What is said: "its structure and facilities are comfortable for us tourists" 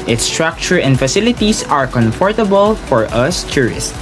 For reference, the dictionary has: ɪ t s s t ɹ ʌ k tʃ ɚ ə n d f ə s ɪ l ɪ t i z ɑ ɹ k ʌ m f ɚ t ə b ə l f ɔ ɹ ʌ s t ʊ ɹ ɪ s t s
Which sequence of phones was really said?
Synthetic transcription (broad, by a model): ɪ t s s t ɹ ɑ k tʃ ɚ ə n d f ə s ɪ l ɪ t i s ɑ ɹ k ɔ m f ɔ t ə b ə l f ɔ ɹ ʌ s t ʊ ɹ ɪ s t